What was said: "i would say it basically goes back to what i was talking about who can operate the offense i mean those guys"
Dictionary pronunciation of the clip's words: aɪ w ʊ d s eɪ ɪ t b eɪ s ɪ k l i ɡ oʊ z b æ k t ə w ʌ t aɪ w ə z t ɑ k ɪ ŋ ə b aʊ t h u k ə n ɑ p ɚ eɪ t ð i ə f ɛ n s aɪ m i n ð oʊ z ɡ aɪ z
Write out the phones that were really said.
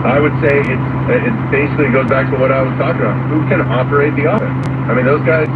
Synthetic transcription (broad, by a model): aɪ w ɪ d s eɪ ɪ t b eɪ s ɪ k l i ɡ oʊ z b æ k t ə w ʌ t aɪ w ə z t ɑ k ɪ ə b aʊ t h u k ə n ɑ p ɚ eɪ t ð i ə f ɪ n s aɪ m i n ð oʊ z ɡ aɪ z